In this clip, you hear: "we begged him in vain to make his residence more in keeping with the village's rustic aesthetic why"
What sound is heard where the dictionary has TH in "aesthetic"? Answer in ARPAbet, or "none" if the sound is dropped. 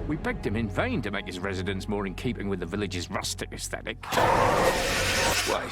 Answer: TH